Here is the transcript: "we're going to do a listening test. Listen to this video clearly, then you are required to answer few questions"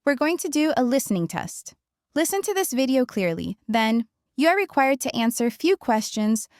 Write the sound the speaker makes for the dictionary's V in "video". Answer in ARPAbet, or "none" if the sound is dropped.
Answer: V